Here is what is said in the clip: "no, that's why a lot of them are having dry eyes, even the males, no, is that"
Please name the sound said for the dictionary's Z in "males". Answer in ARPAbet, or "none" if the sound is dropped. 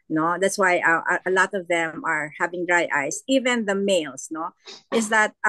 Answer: S